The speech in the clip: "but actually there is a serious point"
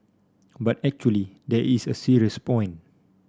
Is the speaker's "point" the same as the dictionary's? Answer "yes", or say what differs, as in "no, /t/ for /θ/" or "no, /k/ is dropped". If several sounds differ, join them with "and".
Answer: no, /t/ is dropped